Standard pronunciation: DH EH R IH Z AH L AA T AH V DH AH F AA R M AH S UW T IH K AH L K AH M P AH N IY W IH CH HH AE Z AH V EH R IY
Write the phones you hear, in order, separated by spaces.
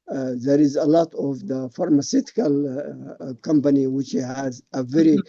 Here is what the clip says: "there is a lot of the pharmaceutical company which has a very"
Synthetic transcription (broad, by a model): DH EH R IH Z AH L AA T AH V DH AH F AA R M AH S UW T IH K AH L K AH M P AH N IY W IH CH HH AE Z AH V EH R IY